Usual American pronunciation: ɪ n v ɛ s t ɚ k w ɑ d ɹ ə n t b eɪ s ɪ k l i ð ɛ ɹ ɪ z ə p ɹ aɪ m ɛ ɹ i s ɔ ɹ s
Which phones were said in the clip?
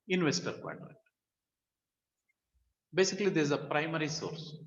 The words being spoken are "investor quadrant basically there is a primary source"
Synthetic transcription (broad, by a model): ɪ n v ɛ s t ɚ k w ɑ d l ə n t b eɪ s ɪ k l i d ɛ ɹ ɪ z ə p ɹ aɪ m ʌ ɹ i s ɔ ɹ s